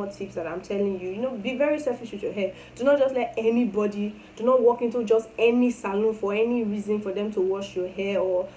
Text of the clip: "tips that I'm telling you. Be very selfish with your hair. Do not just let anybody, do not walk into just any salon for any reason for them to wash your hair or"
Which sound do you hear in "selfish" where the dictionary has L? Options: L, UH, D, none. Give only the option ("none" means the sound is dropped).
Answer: none